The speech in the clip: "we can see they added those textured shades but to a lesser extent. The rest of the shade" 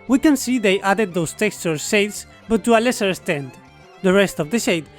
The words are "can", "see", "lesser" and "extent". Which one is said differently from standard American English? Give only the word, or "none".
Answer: extent